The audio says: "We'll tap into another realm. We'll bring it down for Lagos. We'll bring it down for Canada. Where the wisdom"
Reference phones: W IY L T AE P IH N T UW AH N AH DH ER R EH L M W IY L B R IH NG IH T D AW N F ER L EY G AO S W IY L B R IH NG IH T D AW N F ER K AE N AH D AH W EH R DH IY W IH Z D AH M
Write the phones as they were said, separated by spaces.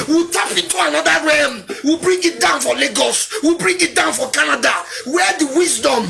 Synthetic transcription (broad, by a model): W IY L T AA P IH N T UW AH N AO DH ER R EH M W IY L B R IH NG IH T D AW N F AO L EY G AO S W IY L B R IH NG IH T D AW N F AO K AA N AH D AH W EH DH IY W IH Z D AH M